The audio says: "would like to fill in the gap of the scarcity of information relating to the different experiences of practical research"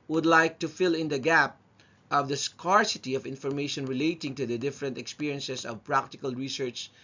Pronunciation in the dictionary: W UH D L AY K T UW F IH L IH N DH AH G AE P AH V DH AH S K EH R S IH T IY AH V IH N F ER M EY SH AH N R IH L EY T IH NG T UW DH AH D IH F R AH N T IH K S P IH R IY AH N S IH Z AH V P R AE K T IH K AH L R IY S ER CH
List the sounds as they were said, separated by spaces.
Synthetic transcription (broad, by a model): W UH D L AY K T UW F IH L IH N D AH G AE P AH V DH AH S K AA R S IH T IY AH V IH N F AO M EY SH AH N R IH L EY T IH NG T UW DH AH D IH F R AH N T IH K S P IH R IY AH N S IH S AH V P R AE K T IH K AH L R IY S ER CH